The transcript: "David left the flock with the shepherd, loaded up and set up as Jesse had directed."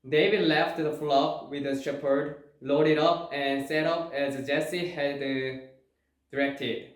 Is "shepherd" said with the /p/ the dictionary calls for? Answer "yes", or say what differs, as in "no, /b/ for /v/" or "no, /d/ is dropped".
yes